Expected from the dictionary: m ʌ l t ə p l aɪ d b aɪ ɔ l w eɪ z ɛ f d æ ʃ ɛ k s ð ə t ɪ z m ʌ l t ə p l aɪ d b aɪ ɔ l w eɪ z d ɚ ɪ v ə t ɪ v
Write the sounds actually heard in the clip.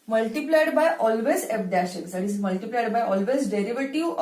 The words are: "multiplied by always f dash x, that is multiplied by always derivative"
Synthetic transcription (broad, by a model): m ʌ l t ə p l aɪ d b aɪ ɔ l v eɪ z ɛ p d æ ʃ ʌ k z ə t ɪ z m ʌ l t ə p l aɪ d b aɪ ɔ l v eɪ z d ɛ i v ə t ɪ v